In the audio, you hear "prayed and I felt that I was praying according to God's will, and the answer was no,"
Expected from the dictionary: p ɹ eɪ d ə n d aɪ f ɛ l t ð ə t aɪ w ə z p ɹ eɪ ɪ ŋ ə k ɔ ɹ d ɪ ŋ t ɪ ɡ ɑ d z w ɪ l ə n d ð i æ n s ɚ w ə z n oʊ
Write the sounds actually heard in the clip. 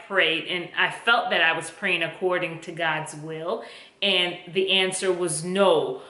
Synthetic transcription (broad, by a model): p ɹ eɪ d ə n aɪ f ɛ l t ð ə t aɪ w ə z p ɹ eɪ ɪ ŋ ə k ɔ ɹ d ɪ ŋ t ɪ ɡ ɑ d z w ɪ l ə n ð i æ n s ɚ w ə z n oʊ